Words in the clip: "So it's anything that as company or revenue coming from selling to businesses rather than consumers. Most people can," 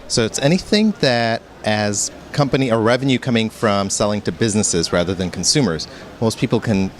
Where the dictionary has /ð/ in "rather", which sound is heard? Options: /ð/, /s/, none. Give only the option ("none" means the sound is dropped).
/ð/